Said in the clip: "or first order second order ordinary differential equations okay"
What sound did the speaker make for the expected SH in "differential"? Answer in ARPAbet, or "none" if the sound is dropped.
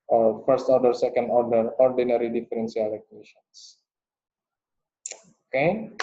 S